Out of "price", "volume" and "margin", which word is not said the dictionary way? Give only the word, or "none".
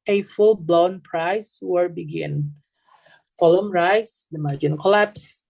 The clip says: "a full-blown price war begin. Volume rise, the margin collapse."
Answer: volume